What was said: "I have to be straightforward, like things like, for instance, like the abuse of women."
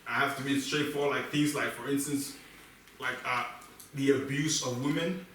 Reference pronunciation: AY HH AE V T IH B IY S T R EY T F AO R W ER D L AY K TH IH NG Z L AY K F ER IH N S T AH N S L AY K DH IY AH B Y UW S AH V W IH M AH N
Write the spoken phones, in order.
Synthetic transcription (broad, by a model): AY HH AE F T IH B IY S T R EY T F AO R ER L AY K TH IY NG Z L AY K F ER IH N S T AH N S L AY K DH IY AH B Y UW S AH V W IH M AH N